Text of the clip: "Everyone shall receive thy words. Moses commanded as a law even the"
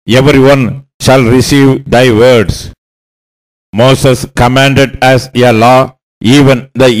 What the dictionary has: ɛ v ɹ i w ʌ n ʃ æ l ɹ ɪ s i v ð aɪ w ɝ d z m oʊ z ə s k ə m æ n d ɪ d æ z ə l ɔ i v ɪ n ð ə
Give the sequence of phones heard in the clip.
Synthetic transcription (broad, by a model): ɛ v ɹ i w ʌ n ʃ æ l ɹ ɪ s i v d aɪ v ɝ d s m oʊ s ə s k ə m æ n d ɪ d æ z ə l ɔ i v ɪ n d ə